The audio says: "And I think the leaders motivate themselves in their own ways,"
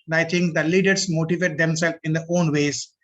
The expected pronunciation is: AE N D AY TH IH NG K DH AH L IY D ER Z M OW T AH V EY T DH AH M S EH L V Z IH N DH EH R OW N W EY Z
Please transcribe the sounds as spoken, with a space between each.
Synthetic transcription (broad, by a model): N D AY T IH NG K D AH L IY D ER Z M OW T AH V EY T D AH M S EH L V IH N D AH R OW N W EY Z